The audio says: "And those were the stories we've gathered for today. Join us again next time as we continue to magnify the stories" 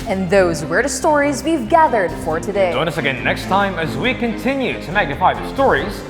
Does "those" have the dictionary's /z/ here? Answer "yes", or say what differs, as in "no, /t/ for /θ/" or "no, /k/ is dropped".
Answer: yes